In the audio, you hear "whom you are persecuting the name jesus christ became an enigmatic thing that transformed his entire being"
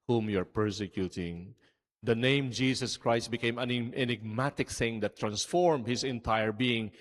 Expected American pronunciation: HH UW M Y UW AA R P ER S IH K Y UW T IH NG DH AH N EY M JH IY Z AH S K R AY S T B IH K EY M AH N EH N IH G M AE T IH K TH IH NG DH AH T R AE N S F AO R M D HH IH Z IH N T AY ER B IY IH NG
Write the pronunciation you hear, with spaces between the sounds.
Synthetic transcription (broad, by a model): HH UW M Y UW AA R P ER S IH K Y UW T IH NG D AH N EY M JH IY S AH S K R AY S T B IH K EY M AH N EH N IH G M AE T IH K TH IH NG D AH T R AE N S F AO R M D HH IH S IH N T AY ER B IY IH NG